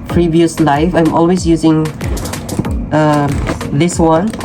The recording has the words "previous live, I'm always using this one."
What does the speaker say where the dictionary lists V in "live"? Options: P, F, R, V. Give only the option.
F